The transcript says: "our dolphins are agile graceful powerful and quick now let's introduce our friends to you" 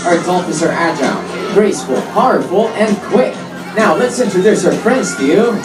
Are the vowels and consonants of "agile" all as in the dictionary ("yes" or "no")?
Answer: no